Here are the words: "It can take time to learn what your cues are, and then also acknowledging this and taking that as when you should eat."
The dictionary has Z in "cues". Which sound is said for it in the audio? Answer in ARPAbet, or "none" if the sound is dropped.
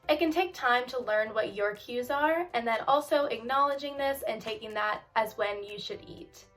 Z